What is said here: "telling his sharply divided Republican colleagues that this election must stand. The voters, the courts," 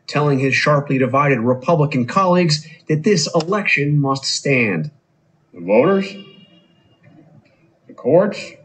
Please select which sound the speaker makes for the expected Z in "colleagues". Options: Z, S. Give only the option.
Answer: Z